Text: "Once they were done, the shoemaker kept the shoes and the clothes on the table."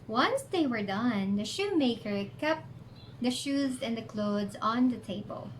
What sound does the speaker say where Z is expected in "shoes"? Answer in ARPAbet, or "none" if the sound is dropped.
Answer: Z